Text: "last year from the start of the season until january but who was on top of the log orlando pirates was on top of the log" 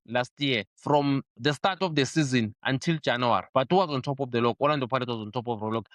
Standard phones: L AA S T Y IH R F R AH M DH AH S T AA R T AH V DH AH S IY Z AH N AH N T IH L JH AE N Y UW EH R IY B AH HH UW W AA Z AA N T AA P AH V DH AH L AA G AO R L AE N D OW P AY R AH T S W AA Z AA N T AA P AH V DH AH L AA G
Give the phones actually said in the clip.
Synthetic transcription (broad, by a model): L AA S T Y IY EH F R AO M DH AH S T AA T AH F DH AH S IY Z AH N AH N T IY L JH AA N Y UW R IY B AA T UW W AA Z AA N T AA P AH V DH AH L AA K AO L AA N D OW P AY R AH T W AA Z AA N T AA P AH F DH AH L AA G